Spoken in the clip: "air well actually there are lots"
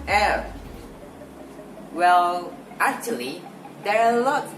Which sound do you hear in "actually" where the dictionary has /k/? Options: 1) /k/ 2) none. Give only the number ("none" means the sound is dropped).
1